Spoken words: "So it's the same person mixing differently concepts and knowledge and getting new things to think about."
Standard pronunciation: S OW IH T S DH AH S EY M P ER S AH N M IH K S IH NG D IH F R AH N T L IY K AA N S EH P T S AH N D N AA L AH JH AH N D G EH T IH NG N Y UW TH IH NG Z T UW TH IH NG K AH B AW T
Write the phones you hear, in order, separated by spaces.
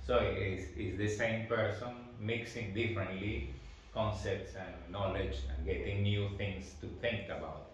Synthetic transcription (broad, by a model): S OW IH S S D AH S EY M P ER S AH N M IH K S IH NG D IH F R AH N T L IY K AA N S EH P T S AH N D N AA L AH JH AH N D G EH T IH NG N Y UW T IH NG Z T UW T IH NG K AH B AW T